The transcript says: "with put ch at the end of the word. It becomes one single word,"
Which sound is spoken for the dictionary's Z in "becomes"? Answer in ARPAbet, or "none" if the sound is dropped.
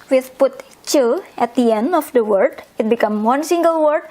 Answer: none